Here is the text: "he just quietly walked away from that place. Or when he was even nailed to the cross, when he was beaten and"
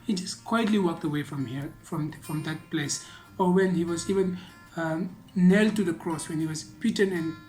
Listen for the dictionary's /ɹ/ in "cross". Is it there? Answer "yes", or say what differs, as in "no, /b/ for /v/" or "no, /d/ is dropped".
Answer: yes